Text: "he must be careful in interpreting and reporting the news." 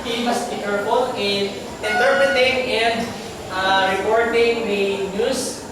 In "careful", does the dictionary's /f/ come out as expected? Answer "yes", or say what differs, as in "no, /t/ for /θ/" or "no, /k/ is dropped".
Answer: no, /p/ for /f/